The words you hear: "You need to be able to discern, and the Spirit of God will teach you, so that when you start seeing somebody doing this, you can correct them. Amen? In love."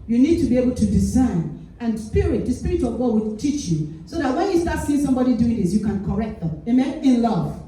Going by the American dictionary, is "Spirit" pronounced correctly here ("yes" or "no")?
yes